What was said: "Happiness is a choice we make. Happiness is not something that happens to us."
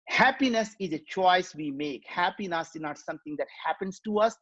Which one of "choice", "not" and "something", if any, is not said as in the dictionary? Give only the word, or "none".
something